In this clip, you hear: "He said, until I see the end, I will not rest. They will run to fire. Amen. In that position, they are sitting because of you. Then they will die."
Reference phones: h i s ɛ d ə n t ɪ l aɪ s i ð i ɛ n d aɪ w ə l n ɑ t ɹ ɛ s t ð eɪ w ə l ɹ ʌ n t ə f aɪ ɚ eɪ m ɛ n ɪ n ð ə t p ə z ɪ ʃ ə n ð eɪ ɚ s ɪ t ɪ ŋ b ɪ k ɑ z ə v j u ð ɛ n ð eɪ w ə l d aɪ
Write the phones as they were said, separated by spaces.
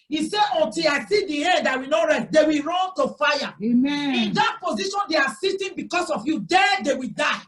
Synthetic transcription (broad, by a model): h i s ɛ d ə n t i l aɪ s i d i ɛ n d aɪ w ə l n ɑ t ɹ ɛ s t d eɪ w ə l ɹ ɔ n t ə f aɪ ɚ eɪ m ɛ ɪ n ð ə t p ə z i ʃ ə n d eɪ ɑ s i t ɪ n b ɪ k ɑ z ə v j u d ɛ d eɪ w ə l d aɪ